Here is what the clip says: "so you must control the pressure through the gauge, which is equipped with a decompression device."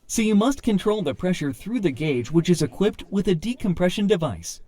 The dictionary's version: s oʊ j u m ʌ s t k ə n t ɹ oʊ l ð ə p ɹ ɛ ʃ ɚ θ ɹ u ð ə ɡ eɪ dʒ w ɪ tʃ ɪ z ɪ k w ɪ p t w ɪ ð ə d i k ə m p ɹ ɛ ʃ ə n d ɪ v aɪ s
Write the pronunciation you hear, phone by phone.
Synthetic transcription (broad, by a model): s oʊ j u m ʌ s t k ə n t ɹ oʊ l ð ə p ɹ ɛ ʃ ɚ θ ɹ u ð ə ɡ eɪ dʒ w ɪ tʃ ɪ z ɪ k w ɪ p t w ɪ ð ə d i k ə m p ɹ ɛ ʃ ə n d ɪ v aɪ s